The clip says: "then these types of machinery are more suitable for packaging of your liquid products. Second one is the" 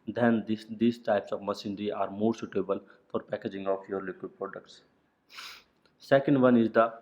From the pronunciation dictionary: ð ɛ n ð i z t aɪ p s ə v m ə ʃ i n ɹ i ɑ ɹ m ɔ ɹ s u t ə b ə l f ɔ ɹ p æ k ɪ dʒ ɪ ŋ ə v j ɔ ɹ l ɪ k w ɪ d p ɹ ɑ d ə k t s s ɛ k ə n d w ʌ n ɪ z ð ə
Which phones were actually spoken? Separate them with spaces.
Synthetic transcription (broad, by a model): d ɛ n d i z t aɪ p s ə v m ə s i n ɹ i ɑ ɹ m ɔ ɹ s u t ə b ə l f ɔ ɹ p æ k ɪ dʒ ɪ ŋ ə f j ɔ ɹ l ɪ k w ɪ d p ɹ ɑ d ə k t s s ɛ k ə n d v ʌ n ɪ z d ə